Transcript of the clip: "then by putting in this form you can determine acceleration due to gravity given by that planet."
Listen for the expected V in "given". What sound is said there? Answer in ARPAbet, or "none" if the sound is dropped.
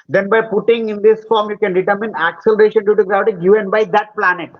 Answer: V